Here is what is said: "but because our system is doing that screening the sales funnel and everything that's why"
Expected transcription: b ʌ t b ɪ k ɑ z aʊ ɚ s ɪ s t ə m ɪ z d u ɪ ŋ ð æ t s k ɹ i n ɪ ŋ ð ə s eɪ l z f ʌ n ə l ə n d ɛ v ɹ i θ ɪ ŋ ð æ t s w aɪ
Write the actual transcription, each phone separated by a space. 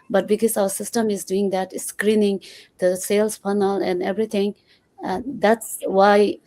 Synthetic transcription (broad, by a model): b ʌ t b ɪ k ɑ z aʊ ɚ s ɪ s t ə m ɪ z d u ɪ ŋ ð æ t s k ɹ i n ɪ ŋ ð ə s eɪ l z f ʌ n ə l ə n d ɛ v ɹ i t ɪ ŋ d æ t s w aɪ